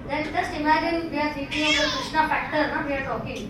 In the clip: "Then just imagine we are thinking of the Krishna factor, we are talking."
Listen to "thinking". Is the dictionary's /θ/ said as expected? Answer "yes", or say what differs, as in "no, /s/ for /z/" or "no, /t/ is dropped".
no, /s/ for /θ/